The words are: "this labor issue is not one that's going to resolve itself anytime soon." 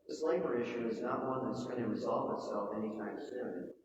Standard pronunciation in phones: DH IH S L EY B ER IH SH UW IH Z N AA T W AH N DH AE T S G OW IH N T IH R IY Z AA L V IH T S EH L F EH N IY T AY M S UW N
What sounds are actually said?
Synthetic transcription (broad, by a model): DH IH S L EY B ER IH SH UW IH Z N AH T W AH N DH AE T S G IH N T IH R IY Z AA L V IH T S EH L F EH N IY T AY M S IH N